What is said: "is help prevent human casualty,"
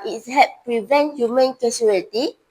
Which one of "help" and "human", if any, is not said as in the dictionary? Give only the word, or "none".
help